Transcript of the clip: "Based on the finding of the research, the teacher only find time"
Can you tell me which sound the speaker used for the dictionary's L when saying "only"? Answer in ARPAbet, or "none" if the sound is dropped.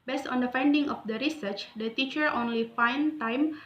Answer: L